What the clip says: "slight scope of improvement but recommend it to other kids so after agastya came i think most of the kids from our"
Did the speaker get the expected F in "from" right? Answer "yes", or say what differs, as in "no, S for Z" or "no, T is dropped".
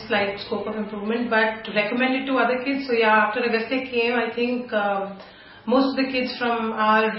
yes